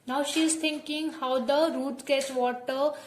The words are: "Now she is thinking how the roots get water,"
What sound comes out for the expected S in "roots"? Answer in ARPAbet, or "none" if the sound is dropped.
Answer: none